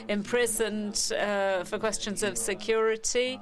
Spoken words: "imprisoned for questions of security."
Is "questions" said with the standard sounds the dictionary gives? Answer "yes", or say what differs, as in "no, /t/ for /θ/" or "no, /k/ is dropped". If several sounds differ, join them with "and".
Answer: yes